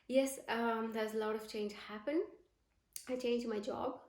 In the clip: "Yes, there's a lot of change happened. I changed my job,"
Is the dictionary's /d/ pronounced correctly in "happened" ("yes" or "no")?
no